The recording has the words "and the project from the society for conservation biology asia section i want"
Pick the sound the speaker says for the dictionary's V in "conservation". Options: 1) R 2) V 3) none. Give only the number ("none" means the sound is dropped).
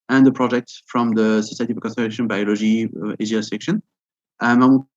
3